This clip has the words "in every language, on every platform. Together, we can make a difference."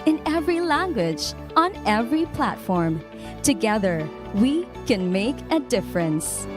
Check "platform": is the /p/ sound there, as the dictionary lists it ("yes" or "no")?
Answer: yes